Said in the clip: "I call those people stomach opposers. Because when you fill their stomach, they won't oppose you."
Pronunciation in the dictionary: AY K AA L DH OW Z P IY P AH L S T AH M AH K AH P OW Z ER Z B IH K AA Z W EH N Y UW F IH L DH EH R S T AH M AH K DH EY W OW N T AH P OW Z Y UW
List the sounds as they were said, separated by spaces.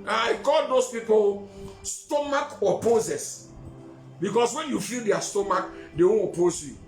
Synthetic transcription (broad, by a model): AY K AA L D OW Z P IY P AH L S T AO M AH K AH P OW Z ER S B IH K AA S W EH N Y UW F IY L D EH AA S T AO M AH K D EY W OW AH P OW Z Y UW